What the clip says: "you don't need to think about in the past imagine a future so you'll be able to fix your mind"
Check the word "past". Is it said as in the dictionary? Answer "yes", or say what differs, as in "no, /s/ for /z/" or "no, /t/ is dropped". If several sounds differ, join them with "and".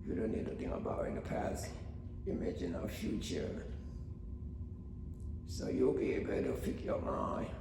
no, /t/ is dropped